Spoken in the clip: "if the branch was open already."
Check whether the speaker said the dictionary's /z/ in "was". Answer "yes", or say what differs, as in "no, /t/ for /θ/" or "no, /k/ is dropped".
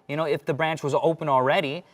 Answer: yes